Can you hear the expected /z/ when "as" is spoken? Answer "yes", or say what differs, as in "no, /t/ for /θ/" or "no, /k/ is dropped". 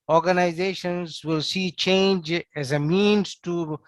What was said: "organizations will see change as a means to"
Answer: yes